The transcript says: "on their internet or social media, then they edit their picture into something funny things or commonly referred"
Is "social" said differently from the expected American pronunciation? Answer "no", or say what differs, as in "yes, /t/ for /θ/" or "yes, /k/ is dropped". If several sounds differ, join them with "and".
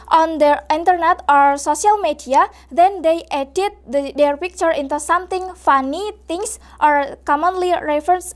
yes, /s/ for /ʃ/